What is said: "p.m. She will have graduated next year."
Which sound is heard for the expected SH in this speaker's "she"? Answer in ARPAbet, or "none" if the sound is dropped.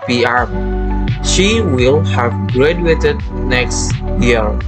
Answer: SH